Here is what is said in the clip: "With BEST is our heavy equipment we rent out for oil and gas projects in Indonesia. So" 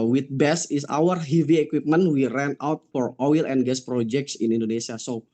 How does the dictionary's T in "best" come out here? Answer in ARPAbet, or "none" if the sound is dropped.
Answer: none